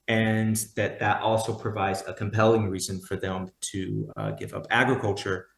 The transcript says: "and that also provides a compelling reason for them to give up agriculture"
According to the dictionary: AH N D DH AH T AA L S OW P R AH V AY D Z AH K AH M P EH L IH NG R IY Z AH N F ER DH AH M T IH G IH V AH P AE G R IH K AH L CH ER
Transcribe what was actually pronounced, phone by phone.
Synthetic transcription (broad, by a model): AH N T DH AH T AA L S OW P R AH V AY D Z AH K AH M P EH L IH NG R IY Z AH N F ER DH AH M T IH G IH V AH P AE G R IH K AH L CH ER